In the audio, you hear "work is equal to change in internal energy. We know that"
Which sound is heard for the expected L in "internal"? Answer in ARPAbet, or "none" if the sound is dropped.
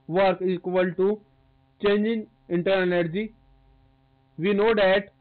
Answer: N